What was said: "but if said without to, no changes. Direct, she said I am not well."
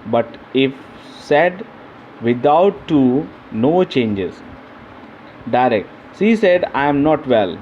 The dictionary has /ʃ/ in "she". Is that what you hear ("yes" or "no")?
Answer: no